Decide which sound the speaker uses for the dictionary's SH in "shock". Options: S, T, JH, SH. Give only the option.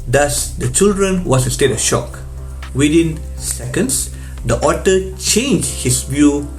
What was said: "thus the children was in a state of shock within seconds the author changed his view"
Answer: SH